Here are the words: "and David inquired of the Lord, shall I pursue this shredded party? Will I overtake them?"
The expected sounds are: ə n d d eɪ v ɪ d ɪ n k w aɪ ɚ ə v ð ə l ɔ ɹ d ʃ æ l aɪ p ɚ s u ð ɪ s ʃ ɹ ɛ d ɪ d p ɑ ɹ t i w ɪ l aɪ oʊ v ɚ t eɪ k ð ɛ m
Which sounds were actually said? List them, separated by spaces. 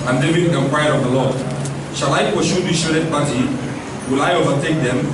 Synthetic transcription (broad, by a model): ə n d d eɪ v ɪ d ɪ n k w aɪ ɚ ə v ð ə l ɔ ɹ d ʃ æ l aɪ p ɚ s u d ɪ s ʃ ɛ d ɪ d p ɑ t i w ɪ l aɪ oʊ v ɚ t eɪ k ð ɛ m